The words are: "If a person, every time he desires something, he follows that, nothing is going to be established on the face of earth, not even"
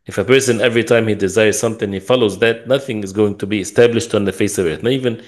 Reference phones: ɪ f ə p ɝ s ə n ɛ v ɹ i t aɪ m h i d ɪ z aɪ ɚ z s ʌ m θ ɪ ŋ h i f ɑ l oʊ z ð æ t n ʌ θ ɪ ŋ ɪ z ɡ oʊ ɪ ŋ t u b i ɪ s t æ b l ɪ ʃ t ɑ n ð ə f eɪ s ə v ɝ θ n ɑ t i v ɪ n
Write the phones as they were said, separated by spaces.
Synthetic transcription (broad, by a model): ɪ f ə p ɝ s ə n ɛ v ɹ i t aɪ m h i d ɪ z aɪ ɚ z s ʌ m θ ɪ ŋ h i f ɑ l oʊ z ð æ t n ʌ θ ɪ ŋ ɪ z ɡ oʊ ɪ ŋ t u b i ɪ s t æ b l ɪ ʃ t n ð ə f eɪ s ə v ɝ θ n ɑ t i v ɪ n